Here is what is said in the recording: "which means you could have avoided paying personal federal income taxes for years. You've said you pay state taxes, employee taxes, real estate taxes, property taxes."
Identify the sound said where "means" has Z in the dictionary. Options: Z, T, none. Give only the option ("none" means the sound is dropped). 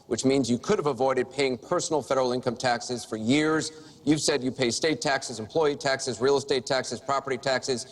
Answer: Z